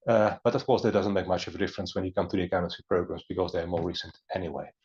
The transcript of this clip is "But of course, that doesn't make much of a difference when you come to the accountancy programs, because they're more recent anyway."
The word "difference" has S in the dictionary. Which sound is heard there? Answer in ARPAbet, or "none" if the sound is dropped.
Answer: S